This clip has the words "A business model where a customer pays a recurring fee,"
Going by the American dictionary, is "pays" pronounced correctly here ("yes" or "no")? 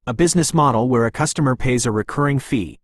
yes